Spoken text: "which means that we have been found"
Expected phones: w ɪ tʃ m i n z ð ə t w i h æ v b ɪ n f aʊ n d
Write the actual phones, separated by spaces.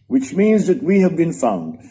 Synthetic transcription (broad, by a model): w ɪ tʃ m i n z ð ə t w i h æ v b ɪ n f aʊ n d